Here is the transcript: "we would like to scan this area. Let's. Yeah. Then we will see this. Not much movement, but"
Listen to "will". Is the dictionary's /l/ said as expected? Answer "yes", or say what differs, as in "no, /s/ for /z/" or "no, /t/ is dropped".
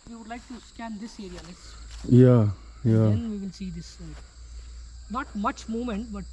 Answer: no, /n/ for /l/